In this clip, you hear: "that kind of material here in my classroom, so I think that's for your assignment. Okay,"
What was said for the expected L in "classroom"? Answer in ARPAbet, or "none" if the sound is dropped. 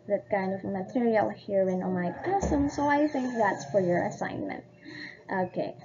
none